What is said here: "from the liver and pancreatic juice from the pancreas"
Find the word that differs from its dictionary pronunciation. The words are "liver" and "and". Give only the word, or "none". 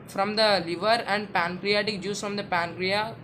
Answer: none